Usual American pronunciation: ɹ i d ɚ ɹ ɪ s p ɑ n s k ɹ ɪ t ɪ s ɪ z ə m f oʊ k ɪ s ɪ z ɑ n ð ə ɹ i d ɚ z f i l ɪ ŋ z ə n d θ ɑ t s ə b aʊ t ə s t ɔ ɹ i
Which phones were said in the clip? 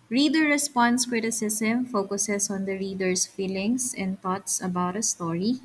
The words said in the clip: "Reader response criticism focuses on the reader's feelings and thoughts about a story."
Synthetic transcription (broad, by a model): ɹ i d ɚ ɹ ɪ s p ɑ n s k ɹ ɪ t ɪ s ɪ s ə m f oʊ k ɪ s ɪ s ɑ n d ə ɹ i d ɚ s f i l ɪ ŋ s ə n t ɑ t s ə b aʊ t ə s t ɔ ɹ i